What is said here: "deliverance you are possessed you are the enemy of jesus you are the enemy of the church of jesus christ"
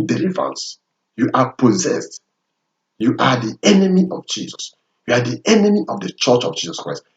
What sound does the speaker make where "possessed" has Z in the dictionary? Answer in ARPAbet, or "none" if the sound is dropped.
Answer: Z